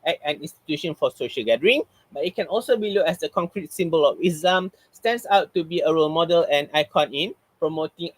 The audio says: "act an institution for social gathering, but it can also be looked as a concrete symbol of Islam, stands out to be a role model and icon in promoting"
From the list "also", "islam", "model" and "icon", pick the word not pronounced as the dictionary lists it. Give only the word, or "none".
islam